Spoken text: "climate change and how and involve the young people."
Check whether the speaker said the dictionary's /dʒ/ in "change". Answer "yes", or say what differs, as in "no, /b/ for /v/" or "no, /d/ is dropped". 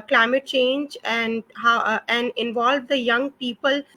yes